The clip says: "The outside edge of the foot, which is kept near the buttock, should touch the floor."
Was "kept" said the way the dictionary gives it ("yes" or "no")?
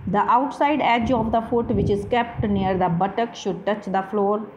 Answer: yes